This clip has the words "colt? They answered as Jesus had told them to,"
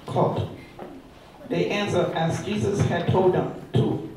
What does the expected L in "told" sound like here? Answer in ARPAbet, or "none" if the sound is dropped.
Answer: L